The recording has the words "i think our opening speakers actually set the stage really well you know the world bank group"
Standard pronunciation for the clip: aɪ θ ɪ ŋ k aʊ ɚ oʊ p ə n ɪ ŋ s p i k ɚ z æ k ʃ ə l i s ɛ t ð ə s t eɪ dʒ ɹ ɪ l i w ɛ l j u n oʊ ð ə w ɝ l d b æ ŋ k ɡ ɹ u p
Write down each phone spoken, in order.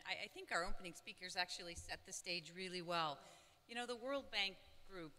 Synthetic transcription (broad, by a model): aɪ θ ɪ ŋ k aʊ ɚ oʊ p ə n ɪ ŋ s p i k ɚ z æ k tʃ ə l i s ɛ t ð ə s t eɪ dʒ ɹ ɪ l i w ɛ l j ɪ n oʊ ð ə w ɝ l d b æ ŋ k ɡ ɹ u p